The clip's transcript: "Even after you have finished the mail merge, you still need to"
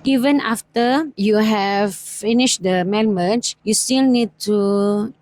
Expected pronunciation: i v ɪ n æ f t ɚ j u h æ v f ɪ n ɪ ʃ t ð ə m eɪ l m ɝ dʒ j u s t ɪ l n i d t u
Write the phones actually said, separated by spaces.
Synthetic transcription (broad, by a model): i v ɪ n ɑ f t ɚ j u h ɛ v f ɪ n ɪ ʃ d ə m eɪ n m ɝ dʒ j u s t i l n i d t u